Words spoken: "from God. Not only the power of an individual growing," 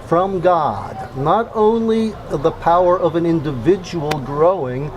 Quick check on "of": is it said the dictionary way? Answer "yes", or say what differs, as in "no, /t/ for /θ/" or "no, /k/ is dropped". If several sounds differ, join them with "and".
yes